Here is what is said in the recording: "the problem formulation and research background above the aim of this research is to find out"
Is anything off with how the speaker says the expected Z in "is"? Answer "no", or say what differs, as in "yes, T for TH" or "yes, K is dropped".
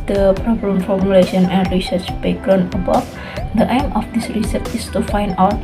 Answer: yes, S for Z